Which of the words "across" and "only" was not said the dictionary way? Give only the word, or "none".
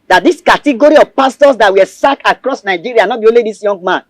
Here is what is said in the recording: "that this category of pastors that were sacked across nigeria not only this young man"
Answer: only